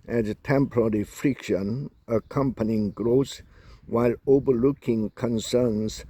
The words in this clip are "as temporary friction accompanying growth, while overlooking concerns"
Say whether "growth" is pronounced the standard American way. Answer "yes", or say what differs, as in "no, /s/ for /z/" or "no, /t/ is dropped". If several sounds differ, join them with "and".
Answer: no, /s/ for /θ/